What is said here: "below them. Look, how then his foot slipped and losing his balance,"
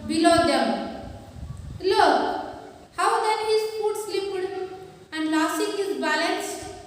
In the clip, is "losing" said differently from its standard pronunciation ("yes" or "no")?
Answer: yes